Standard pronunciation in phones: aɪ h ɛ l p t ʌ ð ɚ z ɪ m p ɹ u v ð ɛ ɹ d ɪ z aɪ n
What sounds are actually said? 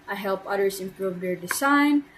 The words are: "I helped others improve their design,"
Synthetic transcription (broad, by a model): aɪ h ɛ l p ʌ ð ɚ s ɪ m p ɹ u v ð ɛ ɹ d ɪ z aɪ n